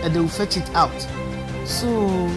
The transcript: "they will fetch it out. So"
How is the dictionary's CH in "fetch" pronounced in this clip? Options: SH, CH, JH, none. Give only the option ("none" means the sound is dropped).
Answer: CH